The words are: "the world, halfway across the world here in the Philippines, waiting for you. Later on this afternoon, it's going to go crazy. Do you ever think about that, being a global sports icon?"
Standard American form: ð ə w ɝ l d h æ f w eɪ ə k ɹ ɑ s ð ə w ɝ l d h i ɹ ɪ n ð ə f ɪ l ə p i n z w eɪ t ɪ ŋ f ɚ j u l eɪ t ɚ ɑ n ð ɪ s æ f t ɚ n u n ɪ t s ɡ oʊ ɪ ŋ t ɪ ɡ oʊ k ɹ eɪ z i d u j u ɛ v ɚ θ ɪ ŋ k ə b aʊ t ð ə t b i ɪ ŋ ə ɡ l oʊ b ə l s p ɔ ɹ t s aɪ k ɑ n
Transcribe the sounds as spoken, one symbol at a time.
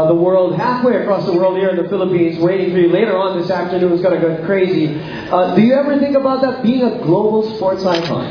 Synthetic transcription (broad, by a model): ð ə w ɝ l d h æ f w eɪ ə k ɹ ɑ s ð ə w ɝ l d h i ɹ ɪ n ð ə f ɪ l ə p i n z w eɪ t ɪ ŋ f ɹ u l eɪ t ɚ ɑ n ð ɪ s æ f t ɚ n u n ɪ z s ɡ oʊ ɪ t ɪ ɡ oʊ k ɹ eɪ z i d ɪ j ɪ ɛ v ɚ θ ɪ ŋ k ə b aʊ t ð ə t b i ɪ ŋ ə ɡ l oʊ b l s p ɔ ɹ t s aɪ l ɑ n